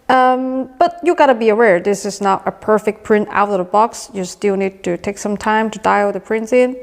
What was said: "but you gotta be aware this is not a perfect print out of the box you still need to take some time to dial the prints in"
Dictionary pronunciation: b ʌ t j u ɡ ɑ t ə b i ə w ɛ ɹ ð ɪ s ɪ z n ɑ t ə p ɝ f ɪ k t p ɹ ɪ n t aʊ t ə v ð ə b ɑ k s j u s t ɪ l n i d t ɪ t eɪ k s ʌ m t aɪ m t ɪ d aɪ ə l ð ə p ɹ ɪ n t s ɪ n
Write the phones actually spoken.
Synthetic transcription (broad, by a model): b ʌ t j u ɡ ɑ t ə b i ə w ɛ ɹ ð ɪ s ɪ z n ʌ t ə p ɝ f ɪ k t p ɹ ɪ n t aʊ t ə v ð ə b ɑ k s j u s t ɪ l n i d t ɪ t eɪ k s ʌ m t aɪ m t ɪ d aɪ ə ð ə p ɹ ɪ n t s ɪ n